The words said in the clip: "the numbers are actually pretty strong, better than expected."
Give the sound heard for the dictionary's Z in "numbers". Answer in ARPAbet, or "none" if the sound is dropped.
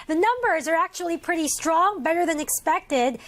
Z